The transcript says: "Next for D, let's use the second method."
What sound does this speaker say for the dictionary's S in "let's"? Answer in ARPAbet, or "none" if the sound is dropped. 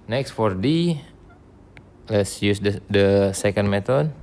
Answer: S